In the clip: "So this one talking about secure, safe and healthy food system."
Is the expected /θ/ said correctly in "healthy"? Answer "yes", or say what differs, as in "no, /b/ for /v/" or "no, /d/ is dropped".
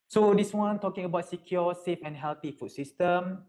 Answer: no, /t/ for /θ/